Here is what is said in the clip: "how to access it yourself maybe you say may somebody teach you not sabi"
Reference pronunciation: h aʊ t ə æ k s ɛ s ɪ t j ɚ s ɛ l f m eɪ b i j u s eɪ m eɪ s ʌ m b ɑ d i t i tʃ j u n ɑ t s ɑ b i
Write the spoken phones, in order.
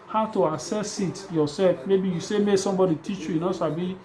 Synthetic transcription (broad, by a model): h aʊ t ə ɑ s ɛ s ɪ t j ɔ s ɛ l f m eɪ b i j u s eɪ m eɪ s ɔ m b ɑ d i t i tʃ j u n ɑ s ɑ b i